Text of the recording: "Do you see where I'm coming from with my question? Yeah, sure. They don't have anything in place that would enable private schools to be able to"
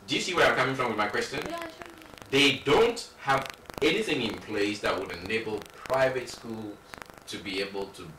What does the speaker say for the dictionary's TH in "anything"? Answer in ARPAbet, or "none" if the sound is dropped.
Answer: TH